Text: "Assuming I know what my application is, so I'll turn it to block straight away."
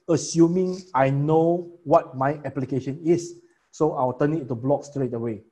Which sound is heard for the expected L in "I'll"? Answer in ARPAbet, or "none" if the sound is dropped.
W